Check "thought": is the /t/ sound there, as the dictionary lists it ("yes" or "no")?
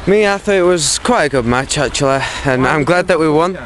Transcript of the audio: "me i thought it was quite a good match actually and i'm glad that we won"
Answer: no